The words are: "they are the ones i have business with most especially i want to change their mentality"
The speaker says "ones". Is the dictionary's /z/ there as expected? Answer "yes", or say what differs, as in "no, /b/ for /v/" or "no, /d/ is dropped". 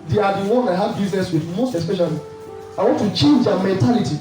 no, /z/ is dropped